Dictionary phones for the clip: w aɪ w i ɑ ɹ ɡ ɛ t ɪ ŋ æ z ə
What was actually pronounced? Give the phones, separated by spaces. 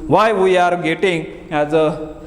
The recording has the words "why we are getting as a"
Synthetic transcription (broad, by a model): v aɪ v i ɑ ɹ ɡ ɛ t ɪ ŋ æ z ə